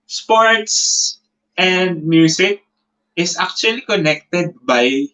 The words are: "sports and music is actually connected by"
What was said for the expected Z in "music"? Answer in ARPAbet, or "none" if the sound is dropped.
S